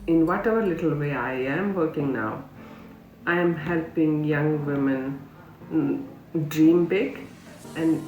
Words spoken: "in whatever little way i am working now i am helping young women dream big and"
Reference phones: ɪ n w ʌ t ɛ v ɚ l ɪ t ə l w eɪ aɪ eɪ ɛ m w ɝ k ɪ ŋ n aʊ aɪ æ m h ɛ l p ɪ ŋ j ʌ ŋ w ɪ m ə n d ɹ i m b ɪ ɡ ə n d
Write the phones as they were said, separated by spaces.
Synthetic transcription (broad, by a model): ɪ n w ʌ t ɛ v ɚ l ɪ t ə l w eɪ aɪ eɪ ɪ m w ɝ k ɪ ŋ n aʊ aɪ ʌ m h ɛ l p ɪ ŋ j ʌ ŋ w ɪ m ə n d ɹ i m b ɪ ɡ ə n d